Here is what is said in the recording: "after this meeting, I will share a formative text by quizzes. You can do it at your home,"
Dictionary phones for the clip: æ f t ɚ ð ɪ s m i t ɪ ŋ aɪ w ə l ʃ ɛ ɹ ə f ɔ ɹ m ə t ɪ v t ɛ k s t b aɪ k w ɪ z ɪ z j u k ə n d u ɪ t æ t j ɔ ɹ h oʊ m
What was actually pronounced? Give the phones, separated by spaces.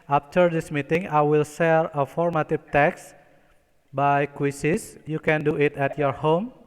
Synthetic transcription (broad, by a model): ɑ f t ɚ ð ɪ s m i t ɪ ŋ aɪ w ə l s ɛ ɹ ə f ɔ ɹ m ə t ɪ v t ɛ k s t b aɪ k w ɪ s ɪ s j u k ə n d u ɪ t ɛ t j ɔ ɹ h oʊ m